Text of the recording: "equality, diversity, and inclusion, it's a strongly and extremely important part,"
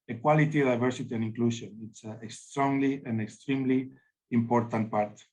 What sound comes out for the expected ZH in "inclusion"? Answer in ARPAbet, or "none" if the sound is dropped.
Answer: SH